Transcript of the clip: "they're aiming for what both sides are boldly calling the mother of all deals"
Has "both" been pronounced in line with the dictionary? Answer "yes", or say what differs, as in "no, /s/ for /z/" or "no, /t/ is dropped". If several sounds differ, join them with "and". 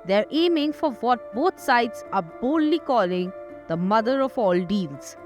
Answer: no, /t/ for /θ/